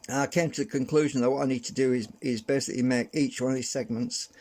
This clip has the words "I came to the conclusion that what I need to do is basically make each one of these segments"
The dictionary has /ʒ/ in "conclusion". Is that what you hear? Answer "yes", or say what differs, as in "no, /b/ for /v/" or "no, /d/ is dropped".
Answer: yes